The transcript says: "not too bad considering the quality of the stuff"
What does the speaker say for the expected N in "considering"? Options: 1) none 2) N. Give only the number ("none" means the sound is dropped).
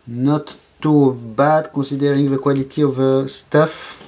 1